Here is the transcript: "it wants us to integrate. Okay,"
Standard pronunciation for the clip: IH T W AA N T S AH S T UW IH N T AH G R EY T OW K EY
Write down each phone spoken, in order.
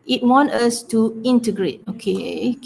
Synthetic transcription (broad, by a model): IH T W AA N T AH S T UW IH N T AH G R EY T OW K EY